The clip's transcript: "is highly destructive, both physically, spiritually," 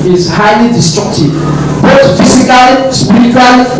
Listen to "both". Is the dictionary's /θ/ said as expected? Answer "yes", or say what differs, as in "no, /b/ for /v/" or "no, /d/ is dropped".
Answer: no, /t/ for /θ/